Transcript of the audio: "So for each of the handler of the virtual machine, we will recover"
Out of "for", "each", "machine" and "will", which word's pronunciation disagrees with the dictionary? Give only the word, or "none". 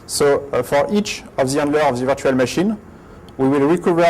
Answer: none